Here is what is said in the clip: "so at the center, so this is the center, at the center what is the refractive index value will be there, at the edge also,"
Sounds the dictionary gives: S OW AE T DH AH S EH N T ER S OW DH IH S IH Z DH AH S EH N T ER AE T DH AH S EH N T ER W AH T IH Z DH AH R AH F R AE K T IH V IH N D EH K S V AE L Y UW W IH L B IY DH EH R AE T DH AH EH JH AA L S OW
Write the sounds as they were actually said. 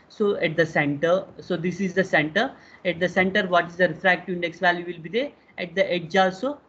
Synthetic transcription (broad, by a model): S OW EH T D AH S EH N T ER S OW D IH S IH Z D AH S EH N T ER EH T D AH S EH N T ER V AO T IH Z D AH R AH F R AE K T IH IH N D EH K S V AE L Y UW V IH L B IY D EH R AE T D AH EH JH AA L S OW